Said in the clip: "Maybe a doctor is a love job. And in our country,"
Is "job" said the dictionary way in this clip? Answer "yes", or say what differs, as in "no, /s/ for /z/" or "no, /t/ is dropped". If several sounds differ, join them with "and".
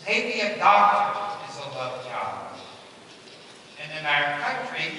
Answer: no, /b/ is dropped